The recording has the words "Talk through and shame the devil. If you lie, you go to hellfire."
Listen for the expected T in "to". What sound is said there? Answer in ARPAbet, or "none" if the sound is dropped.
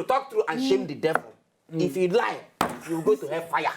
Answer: T